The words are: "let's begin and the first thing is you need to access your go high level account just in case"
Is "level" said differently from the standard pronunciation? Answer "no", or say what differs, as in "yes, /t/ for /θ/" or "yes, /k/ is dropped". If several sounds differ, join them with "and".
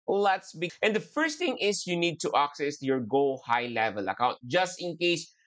no